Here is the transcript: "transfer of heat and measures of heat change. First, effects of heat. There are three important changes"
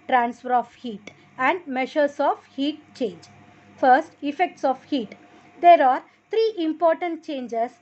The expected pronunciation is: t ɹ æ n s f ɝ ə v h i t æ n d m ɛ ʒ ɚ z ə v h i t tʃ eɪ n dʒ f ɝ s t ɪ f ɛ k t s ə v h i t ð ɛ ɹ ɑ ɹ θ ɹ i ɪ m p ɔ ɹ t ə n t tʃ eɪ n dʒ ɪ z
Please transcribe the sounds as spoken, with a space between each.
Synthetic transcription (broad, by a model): t ɹ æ n s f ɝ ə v h i t æ n d m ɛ ʃ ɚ s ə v h i t tʃ eɪ n dʒ f ɝ s t ɪ f ɛ k t s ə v h i t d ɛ ɹ ɑ ɹ t ɹ i ɪ m p ɔ ɹ t ə n t tʃ eɪ n dʒ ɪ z